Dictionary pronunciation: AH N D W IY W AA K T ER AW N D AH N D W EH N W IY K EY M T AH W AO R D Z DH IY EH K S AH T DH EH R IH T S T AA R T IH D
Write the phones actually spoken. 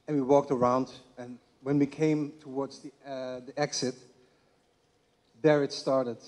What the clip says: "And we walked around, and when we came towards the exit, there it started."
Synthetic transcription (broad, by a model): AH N W IY W AA K T ER AW N D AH N W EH N W IY K EY M T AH W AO R D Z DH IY EH K S AH T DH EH R IH T S T AA R T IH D